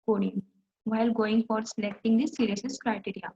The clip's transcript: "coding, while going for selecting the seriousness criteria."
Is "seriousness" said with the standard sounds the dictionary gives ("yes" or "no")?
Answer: no